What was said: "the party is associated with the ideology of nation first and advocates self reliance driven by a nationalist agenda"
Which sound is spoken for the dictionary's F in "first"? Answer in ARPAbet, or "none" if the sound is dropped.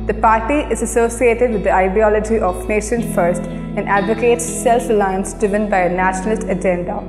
F